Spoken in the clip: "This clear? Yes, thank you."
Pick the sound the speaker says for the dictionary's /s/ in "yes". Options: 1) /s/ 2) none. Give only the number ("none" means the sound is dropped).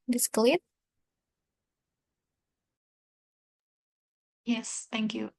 1